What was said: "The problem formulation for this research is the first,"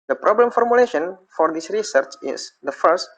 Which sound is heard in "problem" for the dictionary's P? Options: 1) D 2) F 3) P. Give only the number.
3